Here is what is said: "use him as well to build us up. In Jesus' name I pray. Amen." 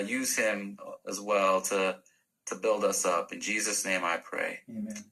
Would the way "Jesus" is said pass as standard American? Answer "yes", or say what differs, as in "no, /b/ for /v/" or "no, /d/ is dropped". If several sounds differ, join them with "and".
yes